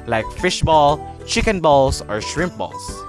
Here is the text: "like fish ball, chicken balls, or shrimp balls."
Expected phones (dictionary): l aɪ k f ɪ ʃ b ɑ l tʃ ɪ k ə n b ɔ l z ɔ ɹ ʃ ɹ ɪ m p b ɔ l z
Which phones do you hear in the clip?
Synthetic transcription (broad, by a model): l aɪ k f ɪ ʃ b ɑ l tʃ ɪ k ə n b ɔ l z ɔ ɹ ʃ ɹ ɪ m p b ɔ l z